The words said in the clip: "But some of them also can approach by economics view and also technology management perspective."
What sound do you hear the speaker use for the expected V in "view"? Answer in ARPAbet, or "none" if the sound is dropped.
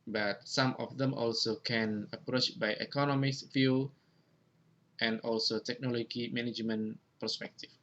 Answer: F